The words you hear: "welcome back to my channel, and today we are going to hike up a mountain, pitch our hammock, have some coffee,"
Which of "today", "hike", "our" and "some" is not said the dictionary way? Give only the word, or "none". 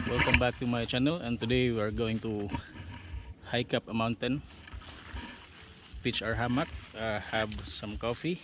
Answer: none